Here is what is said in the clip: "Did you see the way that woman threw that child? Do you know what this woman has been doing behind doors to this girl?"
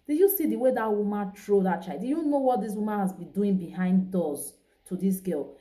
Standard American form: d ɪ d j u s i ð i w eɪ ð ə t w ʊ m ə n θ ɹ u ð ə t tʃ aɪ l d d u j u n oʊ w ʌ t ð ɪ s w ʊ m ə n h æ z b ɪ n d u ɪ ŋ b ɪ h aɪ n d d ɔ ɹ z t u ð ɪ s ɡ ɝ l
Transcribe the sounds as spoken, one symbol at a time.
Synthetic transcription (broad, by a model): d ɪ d j u s i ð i w eɪ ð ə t w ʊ m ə n t ɹ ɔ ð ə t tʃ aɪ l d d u j u n oʊ w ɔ t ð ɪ s w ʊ m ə n h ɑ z b ɪ n d u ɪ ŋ b ɪ h aɪ n d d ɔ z t u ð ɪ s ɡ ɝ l